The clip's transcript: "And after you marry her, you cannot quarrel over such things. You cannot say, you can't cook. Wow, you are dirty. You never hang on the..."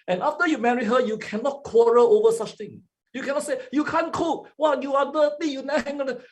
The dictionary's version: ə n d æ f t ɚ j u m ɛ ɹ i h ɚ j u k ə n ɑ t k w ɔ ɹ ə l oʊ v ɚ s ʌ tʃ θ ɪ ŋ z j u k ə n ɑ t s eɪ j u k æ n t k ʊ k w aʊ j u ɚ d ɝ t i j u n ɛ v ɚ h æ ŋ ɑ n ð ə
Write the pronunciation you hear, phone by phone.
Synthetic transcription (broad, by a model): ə n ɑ f t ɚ j u m ɛ ɹ i h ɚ j u k ə n ɑ t k w ɔ ɹ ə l oʊ v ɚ s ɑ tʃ t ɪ ŋ j u k ə n ɑ t s eɪ j u k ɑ n k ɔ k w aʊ j u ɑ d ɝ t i j u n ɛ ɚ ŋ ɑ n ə